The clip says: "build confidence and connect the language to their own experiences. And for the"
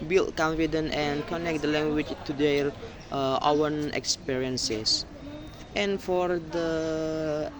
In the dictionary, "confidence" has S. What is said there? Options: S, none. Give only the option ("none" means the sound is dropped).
none